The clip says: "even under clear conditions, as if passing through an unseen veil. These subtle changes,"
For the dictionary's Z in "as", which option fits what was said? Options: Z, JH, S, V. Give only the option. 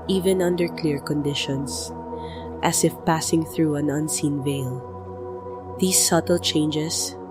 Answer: S